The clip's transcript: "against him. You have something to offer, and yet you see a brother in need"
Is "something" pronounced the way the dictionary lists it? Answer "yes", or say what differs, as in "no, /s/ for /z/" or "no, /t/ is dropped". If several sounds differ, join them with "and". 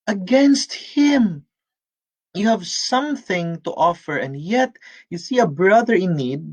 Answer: yes